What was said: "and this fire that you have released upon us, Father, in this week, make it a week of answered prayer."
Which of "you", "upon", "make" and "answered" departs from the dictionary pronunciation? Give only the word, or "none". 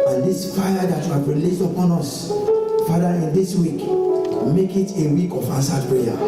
answered